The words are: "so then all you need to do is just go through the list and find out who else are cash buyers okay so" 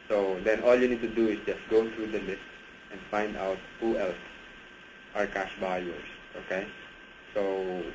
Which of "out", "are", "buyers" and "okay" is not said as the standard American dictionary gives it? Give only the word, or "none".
buyers